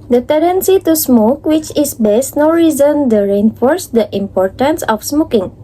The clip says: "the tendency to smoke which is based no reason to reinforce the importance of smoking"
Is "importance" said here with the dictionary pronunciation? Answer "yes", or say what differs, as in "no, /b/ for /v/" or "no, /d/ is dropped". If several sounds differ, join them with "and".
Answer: yes